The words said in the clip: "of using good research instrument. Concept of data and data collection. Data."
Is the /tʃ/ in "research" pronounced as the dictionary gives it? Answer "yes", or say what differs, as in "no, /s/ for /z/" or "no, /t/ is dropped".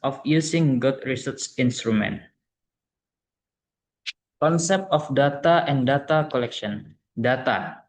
no, /s/ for /tʃ/